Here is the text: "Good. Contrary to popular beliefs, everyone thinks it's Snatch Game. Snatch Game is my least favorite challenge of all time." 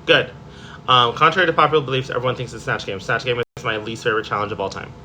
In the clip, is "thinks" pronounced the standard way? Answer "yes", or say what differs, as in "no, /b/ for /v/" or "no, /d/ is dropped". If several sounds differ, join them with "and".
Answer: yes